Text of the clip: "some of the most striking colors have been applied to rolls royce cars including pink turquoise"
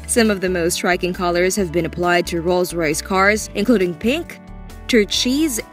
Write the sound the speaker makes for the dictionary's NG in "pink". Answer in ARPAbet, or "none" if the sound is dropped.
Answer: NG